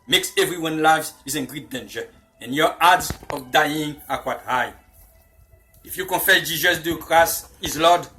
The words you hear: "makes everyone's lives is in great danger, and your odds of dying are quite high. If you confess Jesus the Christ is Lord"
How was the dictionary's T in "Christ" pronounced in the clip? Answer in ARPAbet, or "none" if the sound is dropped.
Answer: none